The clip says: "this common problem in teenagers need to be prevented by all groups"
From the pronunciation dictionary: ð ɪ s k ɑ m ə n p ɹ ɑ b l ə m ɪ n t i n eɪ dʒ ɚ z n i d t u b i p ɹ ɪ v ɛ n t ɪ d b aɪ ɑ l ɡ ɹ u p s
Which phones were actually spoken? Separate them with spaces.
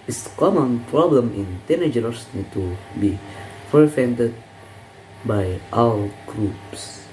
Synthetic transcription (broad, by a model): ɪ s k ɑ m ə n p ɹ ɑ b l ə m ɪ n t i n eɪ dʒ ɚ s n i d t u b i f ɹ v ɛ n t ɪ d b aɪ ɑ l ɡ ɹ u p s